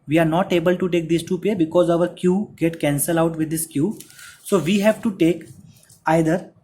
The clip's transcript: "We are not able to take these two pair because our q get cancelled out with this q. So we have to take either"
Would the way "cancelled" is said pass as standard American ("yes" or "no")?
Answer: no